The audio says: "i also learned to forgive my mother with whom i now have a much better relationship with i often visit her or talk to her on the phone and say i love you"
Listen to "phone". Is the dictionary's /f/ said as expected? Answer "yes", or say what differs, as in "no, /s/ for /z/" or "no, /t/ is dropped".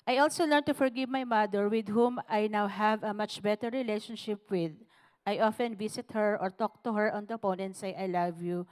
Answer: no, /p/ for /f/